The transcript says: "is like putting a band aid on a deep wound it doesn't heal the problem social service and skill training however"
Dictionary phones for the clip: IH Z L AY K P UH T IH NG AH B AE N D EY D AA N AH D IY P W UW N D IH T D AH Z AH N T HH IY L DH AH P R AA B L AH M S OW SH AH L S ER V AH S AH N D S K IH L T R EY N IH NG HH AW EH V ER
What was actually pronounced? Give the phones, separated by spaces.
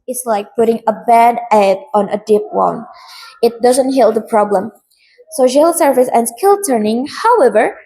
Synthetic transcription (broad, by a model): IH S L AY K P UH T IH NG AH B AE D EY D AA N AH D IY P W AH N IH T D AH Z AH N T HH IY L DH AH P R AA B L AH M S OW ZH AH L S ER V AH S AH N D S K IH L T R N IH NG HH AW EH V ER